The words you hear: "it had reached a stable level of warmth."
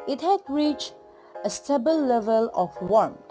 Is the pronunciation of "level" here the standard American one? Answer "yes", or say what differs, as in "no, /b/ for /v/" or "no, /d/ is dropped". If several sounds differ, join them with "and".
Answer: yes